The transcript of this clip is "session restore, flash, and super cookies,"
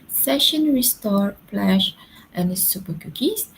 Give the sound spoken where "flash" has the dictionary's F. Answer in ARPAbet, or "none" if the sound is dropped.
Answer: P